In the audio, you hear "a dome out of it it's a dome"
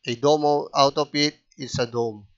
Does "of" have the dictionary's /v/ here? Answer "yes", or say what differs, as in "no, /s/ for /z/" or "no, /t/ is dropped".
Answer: no, /p/ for /v/